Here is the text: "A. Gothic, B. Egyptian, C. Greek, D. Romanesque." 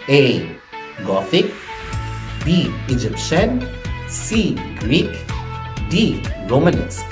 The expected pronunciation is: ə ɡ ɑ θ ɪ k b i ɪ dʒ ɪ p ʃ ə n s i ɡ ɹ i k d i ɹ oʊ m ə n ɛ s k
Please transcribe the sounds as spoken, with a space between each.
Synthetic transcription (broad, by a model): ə ɡ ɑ f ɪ k b i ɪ dʒ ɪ p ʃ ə n s i ɡ ɹ i k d i ɹ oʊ m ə n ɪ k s